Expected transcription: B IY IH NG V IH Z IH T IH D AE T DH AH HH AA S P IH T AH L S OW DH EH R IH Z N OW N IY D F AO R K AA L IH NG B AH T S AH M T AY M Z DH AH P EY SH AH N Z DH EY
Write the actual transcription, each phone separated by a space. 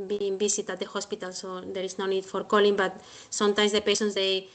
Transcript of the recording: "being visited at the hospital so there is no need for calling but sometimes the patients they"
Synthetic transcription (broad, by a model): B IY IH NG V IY S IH T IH T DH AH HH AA S P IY T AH L S OW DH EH R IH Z N OW N IY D F AO R K AA L IH NG B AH T S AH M T AY M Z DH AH P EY S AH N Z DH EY